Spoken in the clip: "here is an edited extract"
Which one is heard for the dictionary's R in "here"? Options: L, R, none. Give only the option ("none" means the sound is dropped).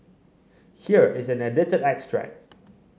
R